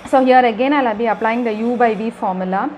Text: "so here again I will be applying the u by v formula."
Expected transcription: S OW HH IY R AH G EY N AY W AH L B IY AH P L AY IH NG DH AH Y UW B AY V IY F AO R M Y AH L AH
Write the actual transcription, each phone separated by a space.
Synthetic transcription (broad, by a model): S OW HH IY R AH G EY N AY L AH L B IY AH P L AY IH NG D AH Y UW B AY V IY F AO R M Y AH L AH